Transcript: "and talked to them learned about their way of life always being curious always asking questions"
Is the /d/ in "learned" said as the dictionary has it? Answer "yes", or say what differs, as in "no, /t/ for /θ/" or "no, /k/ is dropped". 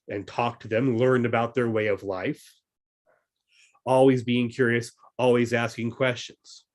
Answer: no, /d/ is dropped